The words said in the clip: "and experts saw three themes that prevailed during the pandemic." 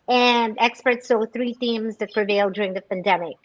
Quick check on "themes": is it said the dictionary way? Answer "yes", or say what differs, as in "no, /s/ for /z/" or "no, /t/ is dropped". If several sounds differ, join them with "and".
yes